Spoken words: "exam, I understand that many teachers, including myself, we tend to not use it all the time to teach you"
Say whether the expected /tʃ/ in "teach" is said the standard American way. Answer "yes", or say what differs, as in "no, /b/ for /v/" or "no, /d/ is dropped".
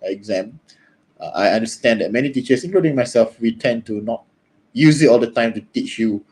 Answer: yes